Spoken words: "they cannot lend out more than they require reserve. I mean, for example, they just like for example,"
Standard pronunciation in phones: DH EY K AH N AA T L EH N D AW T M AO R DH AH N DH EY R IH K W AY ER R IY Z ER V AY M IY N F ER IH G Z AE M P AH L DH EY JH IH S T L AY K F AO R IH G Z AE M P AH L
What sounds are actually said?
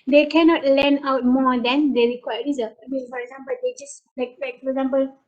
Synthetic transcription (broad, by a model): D EY K AH N AA T L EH N AW T M AO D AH N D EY R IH K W AY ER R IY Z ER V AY M IY N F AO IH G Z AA M P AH L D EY JH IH S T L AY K F AO R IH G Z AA M P AH L